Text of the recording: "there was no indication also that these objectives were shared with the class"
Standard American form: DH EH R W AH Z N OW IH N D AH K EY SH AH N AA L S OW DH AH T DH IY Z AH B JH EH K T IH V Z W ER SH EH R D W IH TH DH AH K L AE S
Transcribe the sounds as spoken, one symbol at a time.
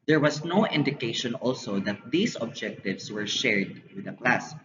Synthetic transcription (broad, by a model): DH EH R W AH S N OW IH N D AH K EY SH AH N AA L S OW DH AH T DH IY S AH B JH EH K T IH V S W ER SH EH R D W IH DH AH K L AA S